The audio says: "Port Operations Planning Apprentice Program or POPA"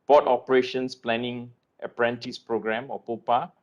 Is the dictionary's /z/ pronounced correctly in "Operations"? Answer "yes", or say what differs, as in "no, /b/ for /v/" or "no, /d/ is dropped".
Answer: no, /s/ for /z/